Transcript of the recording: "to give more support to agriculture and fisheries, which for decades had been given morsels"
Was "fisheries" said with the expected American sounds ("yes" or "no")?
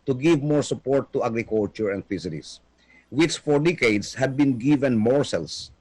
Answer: no